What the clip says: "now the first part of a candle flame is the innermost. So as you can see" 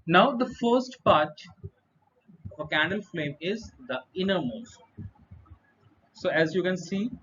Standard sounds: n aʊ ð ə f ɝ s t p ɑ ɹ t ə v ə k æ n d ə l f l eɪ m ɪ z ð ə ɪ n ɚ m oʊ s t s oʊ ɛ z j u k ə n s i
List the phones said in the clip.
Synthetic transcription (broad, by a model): n aʊ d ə f ɝ s t p ɑ ɹ t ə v ə k æ n d ə l f l eɪ m ɪ z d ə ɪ n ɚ m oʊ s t s oʊ ɛ z j u k ə n s i